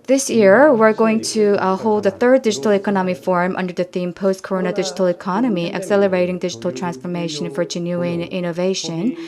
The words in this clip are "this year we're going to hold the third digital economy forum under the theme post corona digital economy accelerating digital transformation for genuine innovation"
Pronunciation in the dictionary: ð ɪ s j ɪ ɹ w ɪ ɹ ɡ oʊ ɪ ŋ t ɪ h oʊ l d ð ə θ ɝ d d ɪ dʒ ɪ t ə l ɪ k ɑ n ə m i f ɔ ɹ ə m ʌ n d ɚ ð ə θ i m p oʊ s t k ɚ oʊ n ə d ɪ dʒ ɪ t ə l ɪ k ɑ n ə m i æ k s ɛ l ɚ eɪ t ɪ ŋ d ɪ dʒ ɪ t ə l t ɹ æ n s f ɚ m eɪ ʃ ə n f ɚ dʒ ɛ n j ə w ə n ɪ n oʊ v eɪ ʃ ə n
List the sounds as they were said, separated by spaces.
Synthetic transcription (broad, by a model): ð ɪ s j ɪ ɹ w ɪ ɹ ɡ oʊ ɪ ŋ t ɪ h oʊ l d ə θ ɝ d d ɪ dʒ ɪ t l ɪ k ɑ n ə m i f ɔ ɹ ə m ʌ n d ɚ ð ə θ i m p oʊ s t k ɚ oʊ n ə d ɪ dʒ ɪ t l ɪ k ɑ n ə m i æ k s ɛ l ɚ eɪ t ɪ ŋ d ɪ dʒ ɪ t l t ɹ æ n s f ɚ m eɪ ʃ ə n f ɚ dʒ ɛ n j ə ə n ɪ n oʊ v eɪ ʃ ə n